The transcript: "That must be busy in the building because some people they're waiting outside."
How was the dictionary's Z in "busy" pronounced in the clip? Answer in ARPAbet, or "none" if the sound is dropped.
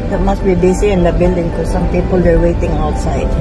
S